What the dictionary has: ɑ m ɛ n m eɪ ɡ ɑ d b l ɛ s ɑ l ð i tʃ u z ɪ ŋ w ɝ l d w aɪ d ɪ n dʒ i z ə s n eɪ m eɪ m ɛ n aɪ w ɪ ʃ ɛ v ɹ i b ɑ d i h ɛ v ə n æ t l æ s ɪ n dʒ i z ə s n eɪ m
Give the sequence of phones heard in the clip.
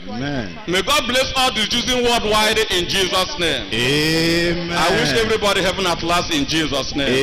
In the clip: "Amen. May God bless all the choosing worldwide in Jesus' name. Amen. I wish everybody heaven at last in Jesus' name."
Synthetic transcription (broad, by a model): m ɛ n m eɪ ɡ ɑ d b l ɛ s ɑ l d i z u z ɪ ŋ w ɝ d w aɪ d ɪ n dʒ i z ə s n eɪ m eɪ m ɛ aɪ w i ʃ ɛ v ɹ i b ɑ d i h ɛ v ə n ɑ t l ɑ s ɪ n dʒ i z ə s n eɪ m